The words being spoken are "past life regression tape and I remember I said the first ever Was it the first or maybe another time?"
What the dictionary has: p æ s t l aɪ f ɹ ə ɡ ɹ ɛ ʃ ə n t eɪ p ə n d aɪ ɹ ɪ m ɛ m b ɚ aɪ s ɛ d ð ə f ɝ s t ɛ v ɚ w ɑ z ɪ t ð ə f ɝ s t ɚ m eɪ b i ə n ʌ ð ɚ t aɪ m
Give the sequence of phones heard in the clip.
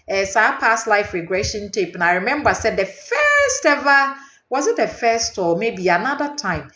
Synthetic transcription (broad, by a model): p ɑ s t l aɪ f ɹ ə ɡ ɹ ɛ ʃ ə n t eɪ p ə n aɪ ɹ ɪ m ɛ m b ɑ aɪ s ɛ d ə f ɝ s t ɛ v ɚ w ɑ z ɪ t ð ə f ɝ s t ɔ m eɪ b i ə n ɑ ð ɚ t aɪ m